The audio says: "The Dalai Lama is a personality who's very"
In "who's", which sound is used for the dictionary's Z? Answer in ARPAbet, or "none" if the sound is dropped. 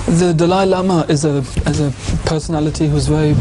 Z